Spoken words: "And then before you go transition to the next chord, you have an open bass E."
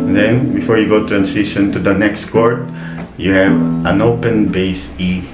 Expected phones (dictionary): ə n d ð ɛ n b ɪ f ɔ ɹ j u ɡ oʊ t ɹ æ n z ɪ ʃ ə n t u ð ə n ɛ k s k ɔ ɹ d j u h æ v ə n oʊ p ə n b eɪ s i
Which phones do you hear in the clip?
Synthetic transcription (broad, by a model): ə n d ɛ n b ɪ f ɔ ɹ j u ɡ oʊ t ɹ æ n s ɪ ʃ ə n t u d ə n ɛ k s k ɔ ɹ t j u h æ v ə n oʊ p ə n b eɪ s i